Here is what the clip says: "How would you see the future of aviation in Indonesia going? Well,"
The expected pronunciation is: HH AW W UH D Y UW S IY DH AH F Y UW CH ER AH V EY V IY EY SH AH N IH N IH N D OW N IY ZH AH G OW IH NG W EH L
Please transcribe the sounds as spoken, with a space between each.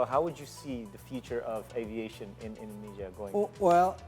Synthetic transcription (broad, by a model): HH AW W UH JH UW S IY DH AH F Y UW CH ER AH V EY V IY EY SH AH N IH N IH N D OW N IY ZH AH G OW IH W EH L